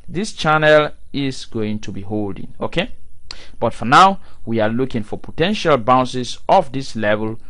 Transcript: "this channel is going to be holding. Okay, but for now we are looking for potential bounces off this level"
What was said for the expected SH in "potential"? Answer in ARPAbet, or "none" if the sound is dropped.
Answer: SH